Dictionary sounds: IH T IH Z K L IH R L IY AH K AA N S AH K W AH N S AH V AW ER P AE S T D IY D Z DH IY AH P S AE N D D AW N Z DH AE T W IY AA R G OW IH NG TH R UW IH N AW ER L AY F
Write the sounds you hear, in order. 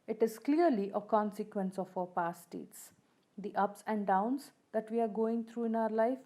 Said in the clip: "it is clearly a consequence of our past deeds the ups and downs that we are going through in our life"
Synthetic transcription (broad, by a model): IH T IH Z K L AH R L IY AH K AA N S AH K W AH N S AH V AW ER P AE S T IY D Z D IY AH P S AE N D D AW N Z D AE T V IY AA R G OW IH NG T R UW IH N AW ER L AY F